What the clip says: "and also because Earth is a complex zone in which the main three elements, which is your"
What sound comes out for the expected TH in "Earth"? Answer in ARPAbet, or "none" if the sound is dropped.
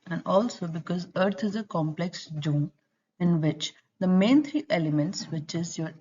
T